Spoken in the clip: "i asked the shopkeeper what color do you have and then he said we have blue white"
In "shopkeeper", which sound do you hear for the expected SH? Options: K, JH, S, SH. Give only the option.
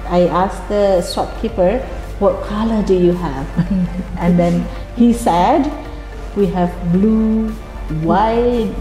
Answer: S